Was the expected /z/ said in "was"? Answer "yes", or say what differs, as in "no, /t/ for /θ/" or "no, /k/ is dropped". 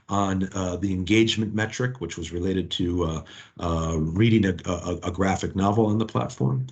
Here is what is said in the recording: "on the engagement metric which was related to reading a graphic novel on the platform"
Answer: yes